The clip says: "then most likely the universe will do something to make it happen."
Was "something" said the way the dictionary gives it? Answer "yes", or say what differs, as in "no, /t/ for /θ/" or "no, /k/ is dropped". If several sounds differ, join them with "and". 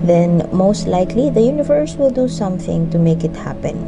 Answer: yes